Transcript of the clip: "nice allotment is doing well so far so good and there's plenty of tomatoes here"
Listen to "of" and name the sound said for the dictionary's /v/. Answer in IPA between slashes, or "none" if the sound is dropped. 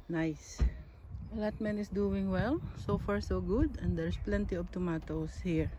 /b/